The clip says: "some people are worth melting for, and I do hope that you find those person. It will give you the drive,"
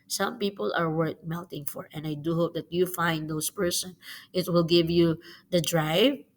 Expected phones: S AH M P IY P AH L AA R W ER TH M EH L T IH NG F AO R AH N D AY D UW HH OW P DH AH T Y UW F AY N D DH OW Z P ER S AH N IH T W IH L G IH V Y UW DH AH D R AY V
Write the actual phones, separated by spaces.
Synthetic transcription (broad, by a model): S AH M P IY P AH L AA R W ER T M EH L T IH NG F AO R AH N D AY D UW HH OW P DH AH T Y UW F AY N D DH OW S P ER S AH N IH T W IH L G IH V Y UW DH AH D R AY V